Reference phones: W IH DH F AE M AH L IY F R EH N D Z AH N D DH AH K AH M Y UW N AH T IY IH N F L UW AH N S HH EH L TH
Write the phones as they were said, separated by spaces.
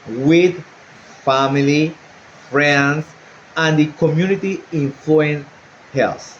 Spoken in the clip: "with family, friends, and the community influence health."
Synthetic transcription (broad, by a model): W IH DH F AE M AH L IY F R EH N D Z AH N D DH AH K AH M Y UW N AH T IY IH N F UW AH N HH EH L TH